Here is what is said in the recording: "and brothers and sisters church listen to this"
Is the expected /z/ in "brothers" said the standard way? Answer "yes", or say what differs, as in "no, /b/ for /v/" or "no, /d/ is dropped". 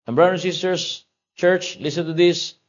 no, /z/ is dropped